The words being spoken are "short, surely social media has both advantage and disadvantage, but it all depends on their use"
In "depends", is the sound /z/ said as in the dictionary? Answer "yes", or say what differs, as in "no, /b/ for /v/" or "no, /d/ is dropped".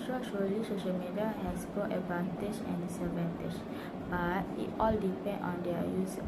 no, /z/ is dropped